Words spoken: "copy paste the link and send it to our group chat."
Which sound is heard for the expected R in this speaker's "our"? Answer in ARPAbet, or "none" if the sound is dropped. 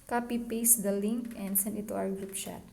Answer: W